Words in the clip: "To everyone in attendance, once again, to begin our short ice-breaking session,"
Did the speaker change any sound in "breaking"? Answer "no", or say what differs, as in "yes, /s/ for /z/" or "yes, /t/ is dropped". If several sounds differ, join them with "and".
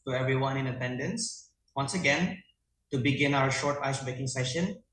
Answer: yes, /ɹ/ is dropped